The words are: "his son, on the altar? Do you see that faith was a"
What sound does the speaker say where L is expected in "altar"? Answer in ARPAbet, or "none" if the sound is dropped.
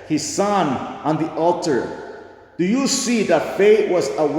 L